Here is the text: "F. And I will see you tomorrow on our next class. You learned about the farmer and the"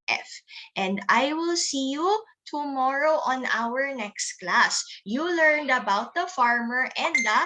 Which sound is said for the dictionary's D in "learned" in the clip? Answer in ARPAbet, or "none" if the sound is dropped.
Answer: D